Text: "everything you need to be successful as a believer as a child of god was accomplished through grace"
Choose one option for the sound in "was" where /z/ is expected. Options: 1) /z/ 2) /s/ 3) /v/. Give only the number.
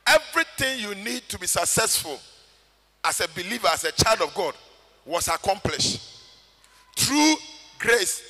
2